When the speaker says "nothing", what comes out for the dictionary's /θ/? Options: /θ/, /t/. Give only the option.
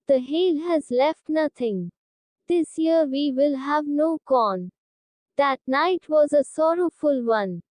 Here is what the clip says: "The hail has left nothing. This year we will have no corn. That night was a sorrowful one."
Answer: /t/